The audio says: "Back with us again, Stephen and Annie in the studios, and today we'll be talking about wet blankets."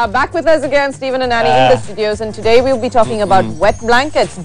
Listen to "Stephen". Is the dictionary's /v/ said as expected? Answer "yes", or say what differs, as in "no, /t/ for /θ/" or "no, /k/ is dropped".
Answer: yes